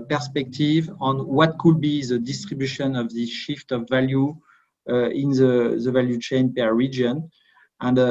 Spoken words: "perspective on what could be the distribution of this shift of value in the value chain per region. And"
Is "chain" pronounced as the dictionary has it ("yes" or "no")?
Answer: yes